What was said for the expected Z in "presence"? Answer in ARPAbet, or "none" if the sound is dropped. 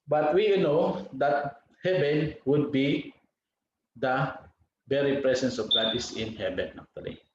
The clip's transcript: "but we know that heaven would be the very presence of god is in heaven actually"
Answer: S